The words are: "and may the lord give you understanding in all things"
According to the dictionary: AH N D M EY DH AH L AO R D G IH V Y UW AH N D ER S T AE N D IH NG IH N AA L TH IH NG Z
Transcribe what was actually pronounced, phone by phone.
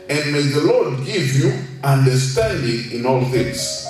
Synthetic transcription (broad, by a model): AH N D M EY DH AH L AO R D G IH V Y UW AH N D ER S T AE N D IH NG IH N AA L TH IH NG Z